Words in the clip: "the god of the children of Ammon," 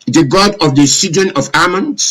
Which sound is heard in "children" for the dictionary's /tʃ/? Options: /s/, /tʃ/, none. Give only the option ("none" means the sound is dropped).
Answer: /s/